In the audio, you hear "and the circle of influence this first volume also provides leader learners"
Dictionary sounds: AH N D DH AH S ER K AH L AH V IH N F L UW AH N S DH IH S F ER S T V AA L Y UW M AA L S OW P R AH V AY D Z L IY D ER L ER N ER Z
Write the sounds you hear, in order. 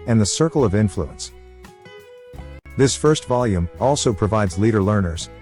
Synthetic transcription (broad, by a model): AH N DH AH S ER K L AH V IH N F L UW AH N S DH IH S F ER S T V AA L Y UW M AA L S OW P R AH V AY D Z L IY D ER L ER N ER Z